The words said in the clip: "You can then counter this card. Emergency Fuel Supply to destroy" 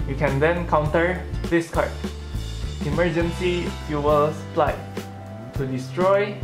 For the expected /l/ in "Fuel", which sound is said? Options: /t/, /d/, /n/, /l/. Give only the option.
/l/